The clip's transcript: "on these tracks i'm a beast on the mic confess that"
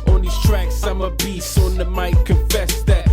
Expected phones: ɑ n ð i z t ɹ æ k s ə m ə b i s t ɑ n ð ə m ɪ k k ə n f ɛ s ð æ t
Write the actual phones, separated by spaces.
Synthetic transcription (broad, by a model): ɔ n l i s t ɹ æ k s ə m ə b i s ɑ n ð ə m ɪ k k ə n f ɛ s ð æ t